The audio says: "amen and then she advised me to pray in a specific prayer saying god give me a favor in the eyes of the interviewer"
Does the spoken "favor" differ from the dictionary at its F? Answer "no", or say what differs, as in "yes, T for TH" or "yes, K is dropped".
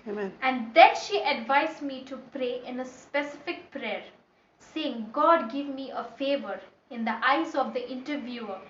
no